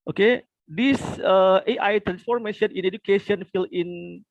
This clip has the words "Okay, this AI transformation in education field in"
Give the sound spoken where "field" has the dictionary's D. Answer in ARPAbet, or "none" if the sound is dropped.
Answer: none